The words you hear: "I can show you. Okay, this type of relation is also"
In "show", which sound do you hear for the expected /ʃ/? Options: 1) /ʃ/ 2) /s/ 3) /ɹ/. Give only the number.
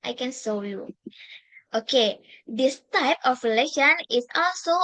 2